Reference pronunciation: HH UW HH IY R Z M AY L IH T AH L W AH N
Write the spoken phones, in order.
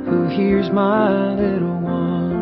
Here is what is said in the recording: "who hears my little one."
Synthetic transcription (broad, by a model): HH UW HH IY R Z M AY L IH T L W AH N